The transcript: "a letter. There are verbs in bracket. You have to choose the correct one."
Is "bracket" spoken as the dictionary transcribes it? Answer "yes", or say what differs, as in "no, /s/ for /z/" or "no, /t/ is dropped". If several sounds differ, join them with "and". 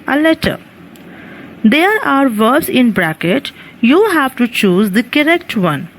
yes